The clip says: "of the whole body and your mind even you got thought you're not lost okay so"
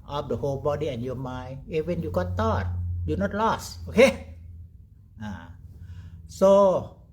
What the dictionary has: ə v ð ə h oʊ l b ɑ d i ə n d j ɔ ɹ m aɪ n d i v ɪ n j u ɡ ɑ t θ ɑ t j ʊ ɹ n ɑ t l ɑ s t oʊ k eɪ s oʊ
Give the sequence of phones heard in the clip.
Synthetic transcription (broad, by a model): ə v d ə h oʊ l b ɑ d i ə n j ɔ m aɪ n i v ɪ n j u ɡ ɑ t t ɑ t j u n ɑ t l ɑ s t oʊ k eɪ s oʊ